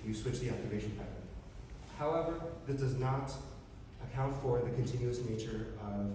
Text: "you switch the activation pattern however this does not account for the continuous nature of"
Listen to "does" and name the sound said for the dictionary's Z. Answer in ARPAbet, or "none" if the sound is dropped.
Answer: Z